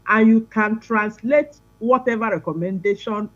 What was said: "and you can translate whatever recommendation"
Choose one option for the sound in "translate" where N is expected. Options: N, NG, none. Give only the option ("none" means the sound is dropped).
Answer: N